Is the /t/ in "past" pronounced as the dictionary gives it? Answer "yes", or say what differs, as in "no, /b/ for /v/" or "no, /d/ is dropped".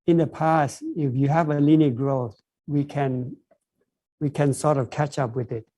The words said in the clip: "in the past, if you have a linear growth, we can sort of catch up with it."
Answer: yes